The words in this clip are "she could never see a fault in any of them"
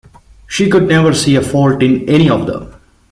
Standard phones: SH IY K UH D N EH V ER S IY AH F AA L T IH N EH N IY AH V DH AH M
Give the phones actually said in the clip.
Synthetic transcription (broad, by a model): SH IY K UH D N EH V ER S IY AH F AA L T IH N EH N IY AH V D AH M